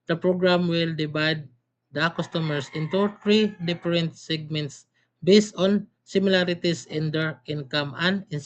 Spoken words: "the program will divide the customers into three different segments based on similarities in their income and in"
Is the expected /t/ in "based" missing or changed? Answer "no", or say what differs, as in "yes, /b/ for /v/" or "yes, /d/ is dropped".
no